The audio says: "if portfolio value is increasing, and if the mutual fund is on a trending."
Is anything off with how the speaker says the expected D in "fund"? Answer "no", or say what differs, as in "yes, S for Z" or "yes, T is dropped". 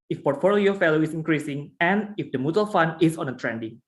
yes, D is dropped